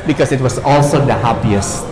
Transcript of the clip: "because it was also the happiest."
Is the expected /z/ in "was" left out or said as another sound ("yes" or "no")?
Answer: yes